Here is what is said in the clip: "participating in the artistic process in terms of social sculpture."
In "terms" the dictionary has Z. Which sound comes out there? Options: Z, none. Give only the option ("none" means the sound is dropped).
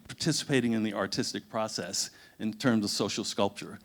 Z